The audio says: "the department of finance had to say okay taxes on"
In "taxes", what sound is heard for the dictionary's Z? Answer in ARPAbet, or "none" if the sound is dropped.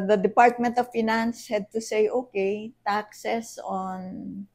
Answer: S